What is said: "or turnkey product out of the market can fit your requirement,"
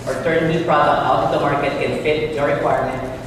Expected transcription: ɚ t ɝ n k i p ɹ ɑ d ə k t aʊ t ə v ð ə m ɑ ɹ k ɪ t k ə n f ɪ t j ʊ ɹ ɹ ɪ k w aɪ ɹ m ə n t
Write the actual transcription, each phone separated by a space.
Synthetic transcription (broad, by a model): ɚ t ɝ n i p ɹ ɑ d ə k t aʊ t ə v ð ə m ɑ ɹ k ɪ t k ə n f ɪ t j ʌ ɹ ɹ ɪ k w aɪ ɹ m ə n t